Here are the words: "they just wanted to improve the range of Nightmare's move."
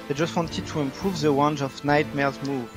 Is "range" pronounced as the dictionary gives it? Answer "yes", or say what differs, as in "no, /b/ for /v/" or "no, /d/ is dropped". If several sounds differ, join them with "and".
no, /w/ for /ɹ/